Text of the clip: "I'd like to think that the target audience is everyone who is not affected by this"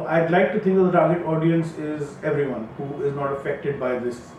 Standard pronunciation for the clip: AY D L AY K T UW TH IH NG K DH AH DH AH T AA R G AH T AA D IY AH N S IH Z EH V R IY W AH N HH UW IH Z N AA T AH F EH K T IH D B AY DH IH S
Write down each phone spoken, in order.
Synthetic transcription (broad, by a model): AY D L AY K T UW T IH NG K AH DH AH T AA R G AH T AA D IY AH N S IH Z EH V R IY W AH N HH UW IH Z N AA T AH F EH K T IH D B AY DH IH S